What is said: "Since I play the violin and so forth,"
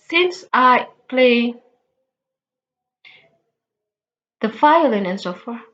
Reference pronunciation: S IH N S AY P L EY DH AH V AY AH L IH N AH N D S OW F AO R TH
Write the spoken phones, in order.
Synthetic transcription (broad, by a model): S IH N S AY P L EY DH AH F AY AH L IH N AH N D S OW F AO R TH